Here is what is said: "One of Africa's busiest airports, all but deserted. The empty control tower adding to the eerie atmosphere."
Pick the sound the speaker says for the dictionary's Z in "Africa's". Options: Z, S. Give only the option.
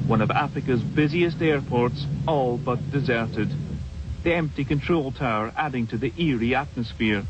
Z